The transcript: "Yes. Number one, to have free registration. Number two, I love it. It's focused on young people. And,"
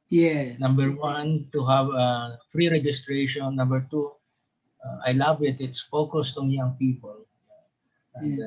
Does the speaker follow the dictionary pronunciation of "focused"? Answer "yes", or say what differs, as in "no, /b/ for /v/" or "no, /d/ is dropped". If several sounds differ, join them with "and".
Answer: yes